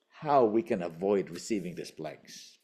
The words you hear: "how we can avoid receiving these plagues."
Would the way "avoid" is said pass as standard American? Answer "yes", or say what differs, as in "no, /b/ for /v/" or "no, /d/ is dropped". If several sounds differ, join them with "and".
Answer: yes